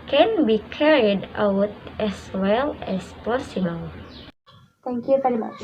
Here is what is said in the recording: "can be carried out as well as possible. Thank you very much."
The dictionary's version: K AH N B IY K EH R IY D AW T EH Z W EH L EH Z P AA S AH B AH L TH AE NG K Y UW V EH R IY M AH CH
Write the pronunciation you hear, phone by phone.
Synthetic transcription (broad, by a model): K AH N B IY K EH R IY D AW T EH S W EH L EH S P AA S AH B AH L T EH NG K Y UW V EH R IY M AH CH